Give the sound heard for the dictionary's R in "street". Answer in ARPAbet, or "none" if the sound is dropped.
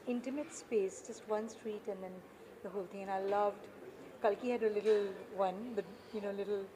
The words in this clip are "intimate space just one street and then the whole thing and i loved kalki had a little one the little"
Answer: R